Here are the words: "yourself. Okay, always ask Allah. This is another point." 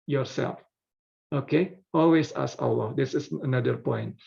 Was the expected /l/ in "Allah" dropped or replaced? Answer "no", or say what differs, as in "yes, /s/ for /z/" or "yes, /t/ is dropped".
yes, /w/ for /l/